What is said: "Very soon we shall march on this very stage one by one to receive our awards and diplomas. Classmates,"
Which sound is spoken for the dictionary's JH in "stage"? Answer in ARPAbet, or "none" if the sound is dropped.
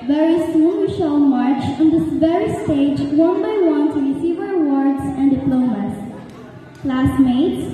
JH